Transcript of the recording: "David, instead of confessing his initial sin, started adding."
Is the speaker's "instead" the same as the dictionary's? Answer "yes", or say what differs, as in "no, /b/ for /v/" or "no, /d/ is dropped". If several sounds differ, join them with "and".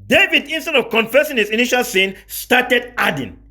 yes